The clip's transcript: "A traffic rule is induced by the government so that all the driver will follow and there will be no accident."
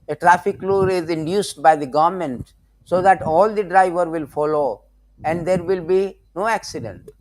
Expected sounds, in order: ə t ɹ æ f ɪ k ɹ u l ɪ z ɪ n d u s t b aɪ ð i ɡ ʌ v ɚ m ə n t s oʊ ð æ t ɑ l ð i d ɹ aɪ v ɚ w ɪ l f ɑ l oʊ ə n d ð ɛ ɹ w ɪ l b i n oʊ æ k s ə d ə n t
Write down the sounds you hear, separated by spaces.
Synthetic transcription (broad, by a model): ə t ɹ æ f ɪ k l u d ɪ z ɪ n d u s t b aɪ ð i ɡ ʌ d m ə n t s oʊ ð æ t ɑ l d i d ɹ aɪ v ɚ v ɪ l f ɑ l oʊ ə n d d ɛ ɹ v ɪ l b i n oʊ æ k s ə d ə n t